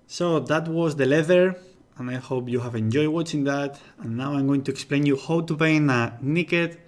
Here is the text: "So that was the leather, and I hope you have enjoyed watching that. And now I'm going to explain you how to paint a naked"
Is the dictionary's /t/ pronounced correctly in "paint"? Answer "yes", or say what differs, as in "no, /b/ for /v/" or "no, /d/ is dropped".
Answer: no, /t/ is dropped